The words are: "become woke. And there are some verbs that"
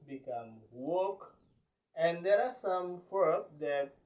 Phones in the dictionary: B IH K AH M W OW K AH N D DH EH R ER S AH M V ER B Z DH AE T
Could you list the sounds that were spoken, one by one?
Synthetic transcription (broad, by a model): B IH K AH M W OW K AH N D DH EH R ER S AH M F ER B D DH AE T